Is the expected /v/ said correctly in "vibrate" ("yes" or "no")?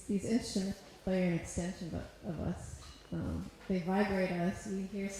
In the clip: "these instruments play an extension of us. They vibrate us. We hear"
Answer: yes